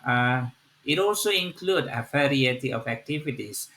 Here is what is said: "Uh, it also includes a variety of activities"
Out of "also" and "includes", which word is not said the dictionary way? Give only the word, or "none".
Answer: includes